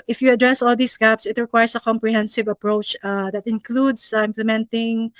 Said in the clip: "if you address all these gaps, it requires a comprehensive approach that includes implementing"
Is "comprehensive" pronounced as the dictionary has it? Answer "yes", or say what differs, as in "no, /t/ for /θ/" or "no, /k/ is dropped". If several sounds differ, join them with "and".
yes